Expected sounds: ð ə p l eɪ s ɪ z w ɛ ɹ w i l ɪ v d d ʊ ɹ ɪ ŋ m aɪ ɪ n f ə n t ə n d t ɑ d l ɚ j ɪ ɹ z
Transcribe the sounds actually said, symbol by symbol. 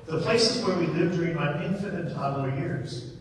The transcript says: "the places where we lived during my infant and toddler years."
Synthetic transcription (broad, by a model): ð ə p l eɪ s ɪ z w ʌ ɹ w i l ɪ v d d ʊ ɹ ɪ ŋ m aɪ ɪ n f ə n ə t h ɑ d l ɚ j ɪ ɹ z